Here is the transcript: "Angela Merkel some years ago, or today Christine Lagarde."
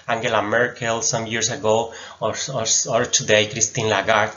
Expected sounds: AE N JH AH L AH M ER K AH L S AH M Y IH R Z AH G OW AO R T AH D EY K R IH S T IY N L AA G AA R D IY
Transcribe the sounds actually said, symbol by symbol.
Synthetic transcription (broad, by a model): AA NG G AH L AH M ER K AH L S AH M Y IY R S AH G OW AO R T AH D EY K R IH S T IY N L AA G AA R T